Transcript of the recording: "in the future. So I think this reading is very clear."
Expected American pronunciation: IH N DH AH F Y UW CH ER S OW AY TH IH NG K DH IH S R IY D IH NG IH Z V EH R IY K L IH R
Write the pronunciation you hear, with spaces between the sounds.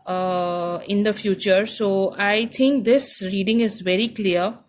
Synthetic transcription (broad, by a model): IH N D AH F Y UW CH ER S OW AY T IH NG K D IH S R IY D IH NG IH Z V EH R IY K L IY R